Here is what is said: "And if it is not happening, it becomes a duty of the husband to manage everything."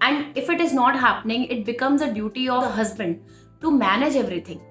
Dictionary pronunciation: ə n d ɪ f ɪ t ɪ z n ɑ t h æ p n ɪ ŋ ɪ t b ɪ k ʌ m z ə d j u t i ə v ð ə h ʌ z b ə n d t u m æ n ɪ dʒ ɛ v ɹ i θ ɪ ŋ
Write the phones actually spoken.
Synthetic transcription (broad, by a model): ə n d ɪ f ɪ t ɪ z n ɑ t h æ p n ɪ ŋ ɪ t b ɪ k ʌ m z ə d j u t i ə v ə h ʌ z b ə n d t u m æ n ɪ dʒ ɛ v ɹ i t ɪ ŋ